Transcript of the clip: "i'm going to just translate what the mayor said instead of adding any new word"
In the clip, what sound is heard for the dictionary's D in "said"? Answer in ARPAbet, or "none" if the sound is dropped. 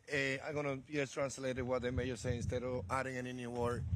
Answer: none